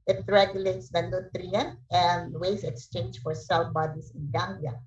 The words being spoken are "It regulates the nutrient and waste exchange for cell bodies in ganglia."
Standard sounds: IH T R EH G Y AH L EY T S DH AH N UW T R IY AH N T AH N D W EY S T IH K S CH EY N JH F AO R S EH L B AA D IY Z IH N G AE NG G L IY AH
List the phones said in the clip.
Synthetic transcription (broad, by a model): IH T R EH G Y AH L EY T S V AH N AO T R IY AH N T AH N D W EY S IH K S CH EY N JH F AO R S EH L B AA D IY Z IH N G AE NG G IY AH